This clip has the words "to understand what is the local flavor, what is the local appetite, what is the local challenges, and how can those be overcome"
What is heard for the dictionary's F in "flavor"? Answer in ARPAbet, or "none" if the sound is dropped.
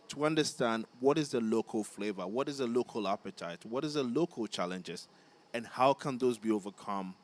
F